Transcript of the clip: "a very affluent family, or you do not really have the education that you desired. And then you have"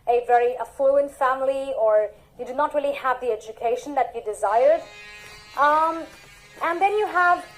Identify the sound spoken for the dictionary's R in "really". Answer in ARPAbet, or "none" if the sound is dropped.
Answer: R